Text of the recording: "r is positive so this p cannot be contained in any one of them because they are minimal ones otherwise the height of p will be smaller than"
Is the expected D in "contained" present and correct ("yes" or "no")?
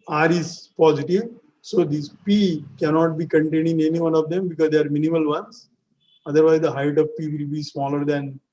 no